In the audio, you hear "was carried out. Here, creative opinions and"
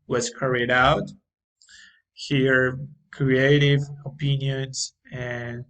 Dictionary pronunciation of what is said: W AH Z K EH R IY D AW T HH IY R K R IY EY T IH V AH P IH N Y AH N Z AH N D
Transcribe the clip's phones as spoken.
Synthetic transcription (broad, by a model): W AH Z K EH R IY D AW T HH IY R K R IY EY T IH V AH P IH N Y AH N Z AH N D